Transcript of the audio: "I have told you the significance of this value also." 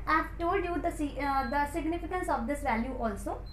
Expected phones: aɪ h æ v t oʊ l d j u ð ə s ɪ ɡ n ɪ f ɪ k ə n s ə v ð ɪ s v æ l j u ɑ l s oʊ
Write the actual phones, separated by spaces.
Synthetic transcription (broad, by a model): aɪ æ f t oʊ d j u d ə s ɪ ɡ n ɪ f ɪ k ə n s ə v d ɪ s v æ l j u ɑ l s oʊ